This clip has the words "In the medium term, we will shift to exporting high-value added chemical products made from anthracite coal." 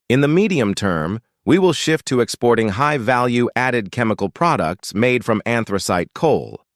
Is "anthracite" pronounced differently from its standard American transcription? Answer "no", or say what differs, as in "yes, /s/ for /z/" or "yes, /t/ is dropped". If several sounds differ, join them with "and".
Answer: no